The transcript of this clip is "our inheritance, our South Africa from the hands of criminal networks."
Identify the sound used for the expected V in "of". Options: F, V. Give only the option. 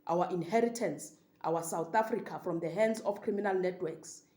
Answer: F